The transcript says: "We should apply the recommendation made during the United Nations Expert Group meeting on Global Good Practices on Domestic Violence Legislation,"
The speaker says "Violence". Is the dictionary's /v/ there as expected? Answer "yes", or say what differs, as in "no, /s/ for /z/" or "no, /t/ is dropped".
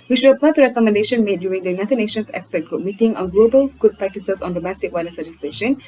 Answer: no, /w/ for /v/